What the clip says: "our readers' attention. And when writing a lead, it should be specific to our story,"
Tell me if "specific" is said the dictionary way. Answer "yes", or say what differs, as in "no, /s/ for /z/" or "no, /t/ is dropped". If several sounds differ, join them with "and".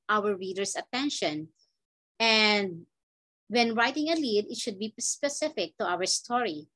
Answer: yes